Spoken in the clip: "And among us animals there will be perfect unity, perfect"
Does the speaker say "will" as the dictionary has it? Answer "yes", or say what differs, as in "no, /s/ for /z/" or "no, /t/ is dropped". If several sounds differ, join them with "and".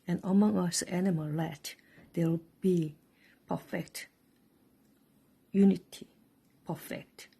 no, /w/ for /l/